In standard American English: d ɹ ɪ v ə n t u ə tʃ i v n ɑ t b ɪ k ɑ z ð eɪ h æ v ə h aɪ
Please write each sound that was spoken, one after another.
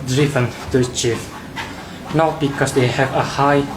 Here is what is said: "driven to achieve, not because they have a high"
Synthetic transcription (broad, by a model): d ɹ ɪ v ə n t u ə tʃ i f n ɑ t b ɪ k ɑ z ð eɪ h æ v ə h aɪ